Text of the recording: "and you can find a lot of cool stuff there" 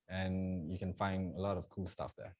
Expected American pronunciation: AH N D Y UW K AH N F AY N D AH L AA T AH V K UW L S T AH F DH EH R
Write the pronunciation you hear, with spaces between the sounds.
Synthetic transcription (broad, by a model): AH N Y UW K AH N F AY N D AH L AA T AH V K UW L S T AH F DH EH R